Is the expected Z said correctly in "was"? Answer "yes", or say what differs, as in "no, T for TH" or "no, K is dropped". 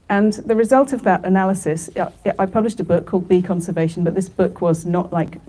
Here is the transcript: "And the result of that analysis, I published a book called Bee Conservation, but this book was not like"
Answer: yes